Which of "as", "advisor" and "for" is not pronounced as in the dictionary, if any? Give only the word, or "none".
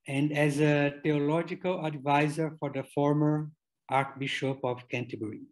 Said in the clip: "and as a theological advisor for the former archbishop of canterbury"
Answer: none